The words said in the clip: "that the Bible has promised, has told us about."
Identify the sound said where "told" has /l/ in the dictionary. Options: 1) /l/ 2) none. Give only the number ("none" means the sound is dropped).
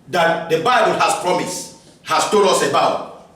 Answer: 2